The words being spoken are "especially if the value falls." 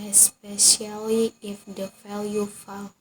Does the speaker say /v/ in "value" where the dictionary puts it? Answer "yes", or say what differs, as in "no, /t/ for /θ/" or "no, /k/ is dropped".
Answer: no, /f/ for /v/